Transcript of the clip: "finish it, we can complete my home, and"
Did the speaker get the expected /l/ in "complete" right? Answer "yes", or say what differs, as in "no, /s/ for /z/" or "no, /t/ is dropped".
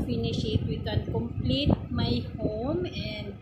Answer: yes